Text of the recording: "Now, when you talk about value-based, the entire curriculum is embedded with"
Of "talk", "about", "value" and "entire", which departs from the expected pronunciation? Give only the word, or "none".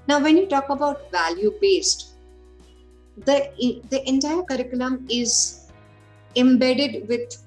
none